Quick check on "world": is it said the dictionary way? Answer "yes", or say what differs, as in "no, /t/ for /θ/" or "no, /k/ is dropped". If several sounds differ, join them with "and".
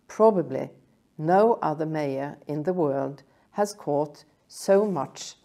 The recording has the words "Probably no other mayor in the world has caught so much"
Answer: yes